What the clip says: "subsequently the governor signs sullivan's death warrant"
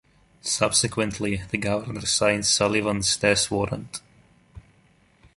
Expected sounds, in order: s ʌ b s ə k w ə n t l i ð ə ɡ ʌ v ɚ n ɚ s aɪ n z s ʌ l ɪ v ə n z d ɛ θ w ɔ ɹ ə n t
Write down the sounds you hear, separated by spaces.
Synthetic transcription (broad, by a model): s ʌ b s ə k w ə n t l i ð ə ɡ ʌ v ɚ n ɚ s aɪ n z s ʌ l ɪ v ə n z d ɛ s w ɔ ɹ ə n t